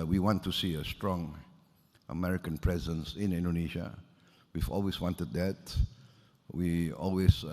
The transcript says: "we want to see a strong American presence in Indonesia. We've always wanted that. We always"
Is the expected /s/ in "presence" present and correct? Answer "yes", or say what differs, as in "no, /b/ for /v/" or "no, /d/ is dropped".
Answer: yes